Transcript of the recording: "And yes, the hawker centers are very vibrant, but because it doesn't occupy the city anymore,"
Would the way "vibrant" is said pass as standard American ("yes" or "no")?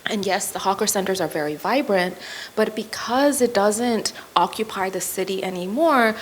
yes